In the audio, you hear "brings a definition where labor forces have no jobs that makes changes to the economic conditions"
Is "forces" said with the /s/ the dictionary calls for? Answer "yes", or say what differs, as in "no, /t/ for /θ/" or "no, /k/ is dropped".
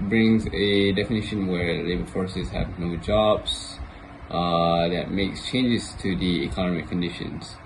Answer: yes